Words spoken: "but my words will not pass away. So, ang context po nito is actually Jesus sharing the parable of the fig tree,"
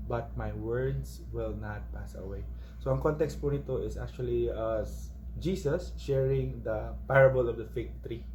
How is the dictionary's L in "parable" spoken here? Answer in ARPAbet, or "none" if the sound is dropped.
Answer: L